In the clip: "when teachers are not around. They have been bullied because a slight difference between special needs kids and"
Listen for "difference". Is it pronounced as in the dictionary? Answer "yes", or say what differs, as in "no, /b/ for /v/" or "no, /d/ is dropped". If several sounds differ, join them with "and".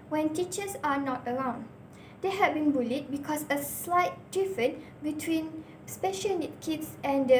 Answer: no, /s/ is dropped